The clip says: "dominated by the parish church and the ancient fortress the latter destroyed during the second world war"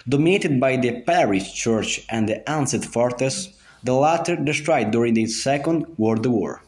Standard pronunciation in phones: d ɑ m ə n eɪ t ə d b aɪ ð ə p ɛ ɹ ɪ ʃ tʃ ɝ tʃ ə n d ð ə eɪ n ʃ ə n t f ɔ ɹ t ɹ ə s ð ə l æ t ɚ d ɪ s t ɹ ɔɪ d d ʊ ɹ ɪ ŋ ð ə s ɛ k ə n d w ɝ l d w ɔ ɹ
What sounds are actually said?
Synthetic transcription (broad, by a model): d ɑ m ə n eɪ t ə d b aɪ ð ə p ɛ ɹ ɪ ʃ tʃ ɝ tʃ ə n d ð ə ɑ n s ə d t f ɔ ɹ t ə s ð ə l æ t ɚ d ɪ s t ɹ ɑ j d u ɹ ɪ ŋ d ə s ɛ k ə n d w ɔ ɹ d w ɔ ɹ